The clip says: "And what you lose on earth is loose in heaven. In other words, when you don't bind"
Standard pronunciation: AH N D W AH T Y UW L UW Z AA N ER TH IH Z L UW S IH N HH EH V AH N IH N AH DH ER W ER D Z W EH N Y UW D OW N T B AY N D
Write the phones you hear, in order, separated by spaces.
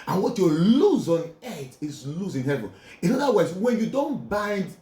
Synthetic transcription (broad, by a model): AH N W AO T Y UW L UW Z AA N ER T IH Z L UW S IH N HH EH V AH N IH N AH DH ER W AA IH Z W EH N Y UW D OW N T B AY N D